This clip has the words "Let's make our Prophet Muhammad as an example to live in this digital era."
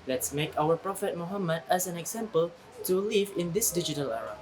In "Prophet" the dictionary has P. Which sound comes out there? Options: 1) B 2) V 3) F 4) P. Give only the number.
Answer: 4